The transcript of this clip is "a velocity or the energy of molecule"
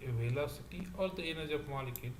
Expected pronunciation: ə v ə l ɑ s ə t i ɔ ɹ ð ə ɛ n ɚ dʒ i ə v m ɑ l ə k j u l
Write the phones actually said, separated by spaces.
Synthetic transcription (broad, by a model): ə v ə l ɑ s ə t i ɔ ɹ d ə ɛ n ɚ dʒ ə p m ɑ l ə k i